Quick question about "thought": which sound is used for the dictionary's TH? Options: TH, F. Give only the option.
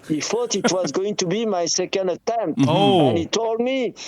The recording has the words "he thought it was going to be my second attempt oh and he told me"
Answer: F